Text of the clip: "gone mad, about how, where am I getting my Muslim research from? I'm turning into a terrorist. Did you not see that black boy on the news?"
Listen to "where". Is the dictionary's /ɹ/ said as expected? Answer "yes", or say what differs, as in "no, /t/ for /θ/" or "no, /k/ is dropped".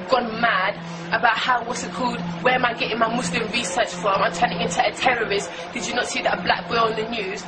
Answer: no, /l/ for /ɹ/